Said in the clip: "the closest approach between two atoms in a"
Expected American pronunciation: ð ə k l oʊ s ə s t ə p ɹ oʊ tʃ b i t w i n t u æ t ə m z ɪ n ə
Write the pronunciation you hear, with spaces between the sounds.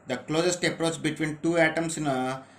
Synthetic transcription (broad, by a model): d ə k l oʊ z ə s t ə p ɹ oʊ s b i t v i n t u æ t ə m s ɪ n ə